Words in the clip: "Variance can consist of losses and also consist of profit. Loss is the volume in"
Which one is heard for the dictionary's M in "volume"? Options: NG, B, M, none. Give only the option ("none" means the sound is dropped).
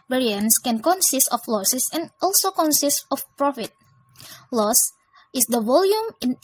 M